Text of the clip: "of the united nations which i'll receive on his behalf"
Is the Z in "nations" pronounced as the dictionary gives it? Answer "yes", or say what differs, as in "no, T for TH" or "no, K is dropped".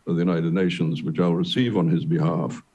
yes